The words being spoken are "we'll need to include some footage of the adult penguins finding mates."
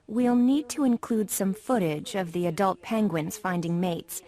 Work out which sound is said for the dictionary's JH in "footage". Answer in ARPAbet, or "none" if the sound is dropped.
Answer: JH